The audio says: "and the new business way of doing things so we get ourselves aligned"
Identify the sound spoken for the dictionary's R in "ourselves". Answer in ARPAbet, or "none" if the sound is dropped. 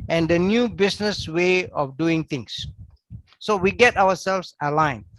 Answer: W